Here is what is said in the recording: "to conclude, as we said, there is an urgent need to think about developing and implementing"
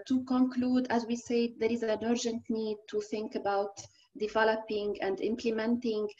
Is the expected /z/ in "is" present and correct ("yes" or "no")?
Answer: yes